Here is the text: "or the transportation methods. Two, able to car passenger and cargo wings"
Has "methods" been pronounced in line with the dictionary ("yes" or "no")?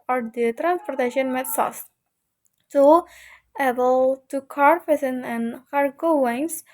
no